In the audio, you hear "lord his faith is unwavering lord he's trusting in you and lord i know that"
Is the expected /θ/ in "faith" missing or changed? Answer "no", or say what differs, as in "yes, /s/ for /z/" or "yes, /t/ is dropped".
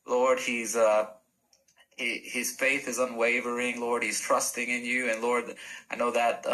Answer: no